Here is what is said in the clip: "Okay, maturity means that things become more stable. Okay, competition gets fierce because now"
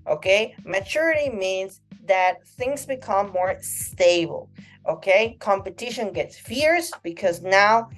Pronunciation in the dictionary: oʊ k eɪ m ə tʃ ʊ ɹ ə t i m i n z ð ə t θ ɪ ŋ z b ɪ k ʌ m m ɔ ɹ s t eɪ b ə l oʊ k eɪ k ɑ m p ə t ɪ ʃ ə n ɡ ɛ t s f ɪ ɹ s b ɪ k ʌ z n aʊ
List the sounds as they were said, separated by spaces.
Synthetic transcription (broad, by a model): oʊ k eɪ m ə tʃ ʊ ɹ ə t i m i n z ð ə t θ ɪ ŋ z b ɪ k ʌ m m ɔ ɹ s t eɪ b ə l oʊ k eɪ k ɑ m p ə t ɪ ʃ ə n ɡ ɛ t s f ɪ ɹ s b ɪ k ʌ z n aʊ